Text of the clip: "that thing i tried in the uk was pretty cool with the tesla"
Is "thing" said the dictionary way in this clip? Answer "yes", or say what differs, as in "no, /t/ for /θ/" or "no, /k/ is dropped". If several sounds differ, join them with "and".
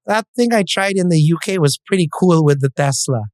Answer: yes